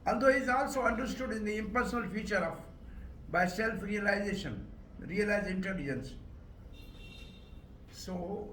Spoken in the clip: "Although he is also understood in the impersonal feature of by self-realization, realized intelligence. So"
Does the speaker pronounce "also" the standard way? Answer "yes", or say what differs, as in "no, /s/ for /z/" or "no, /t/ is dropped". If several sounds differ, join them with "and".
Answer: yes